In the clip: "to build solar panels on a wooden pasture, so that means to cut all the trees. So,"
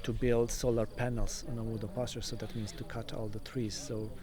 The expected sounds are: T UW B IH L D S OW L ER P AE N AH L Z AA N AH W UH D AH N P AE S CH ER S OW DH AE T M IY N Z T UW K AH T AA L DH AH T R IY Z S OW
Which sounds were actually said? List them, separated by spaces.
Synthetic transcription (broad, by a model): T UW B IH L D S OW L ER P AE N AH L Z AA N AH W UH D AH P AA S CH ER S OW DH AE T M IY N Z T UW K AH T AA L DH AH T R IY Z S OW